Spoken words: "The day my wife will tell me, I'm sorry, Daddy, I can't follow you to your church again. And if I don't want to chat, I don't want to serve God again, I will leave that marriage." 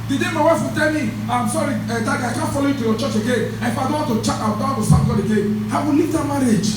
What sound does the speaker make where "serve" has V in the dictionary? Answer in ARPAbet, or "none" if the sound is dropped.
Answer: P